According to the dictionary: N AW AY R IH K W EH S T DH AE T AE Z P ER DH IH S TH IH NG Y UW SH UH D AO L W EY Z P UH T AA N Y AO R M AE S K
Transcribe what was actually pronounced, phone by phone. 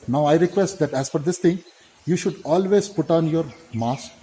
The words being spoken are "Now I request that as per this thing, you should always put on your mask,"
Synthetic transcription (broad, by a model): N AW AY R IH K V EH S T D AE T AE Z F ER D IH S T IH NG Y UW SH UH D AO L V EY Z P UH T AA N Y AO R M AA S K